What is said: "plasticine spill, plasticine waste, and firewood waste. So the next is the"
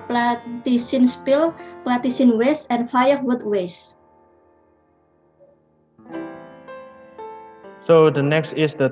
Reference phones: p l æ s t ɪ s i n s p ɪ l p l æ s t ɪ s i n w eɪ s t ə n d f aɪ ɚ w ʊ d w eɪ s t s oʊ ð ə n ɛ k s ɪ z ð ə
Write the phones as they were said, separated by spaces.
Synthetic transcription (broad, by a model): p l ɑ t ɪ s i n s p ɪ l p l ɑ t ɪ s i n w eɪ s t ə n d f aɪ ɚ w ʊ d w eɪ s s oʊ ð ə n ɛ k s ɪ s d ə